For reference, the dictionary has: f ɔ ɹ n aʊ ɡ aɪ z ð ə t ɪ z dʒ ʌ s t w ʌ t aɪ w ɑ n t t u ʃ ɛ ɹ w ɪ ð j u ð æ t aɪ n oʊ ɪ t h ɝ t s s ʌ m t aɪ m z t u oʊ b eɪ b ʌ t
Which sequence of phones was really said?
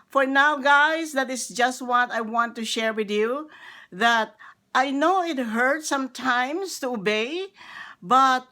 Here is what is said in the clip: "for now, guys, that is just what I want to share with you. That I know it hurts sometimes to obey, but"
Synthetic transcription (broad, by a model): f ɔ ɹ n aʊ ɡ aɪ s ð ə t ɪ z dʒ ʌ s t w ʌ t aɪ w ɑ n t t u ʃ ɛ ɹ w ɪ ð j u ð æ t aɪ n oʊ ɪ t h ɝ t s s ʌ m t aɪ m s t u oʊ b eɪ b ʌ t